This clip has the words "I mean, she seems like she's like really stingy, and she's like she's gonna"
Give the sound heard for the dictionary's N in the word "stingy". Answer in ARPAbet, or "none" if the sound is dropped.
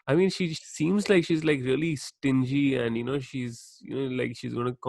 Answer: N